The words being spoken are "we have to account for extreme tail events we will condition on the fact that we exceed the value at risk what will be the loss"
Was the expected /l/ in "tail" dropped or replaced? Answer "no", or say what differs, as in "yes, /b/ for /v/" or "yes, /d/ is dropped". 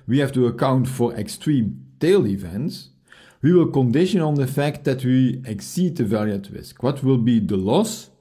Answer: no